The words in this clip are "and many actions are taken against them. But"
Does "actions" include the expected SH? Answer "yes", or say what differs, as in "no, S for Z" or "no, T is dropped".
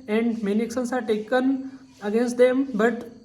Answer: no, S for SH